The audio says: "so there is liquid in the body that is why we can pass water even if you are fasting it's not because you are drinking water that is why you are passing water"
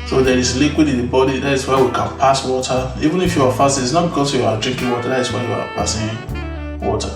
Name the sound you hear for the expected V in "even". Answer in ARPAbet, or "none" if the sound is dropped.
V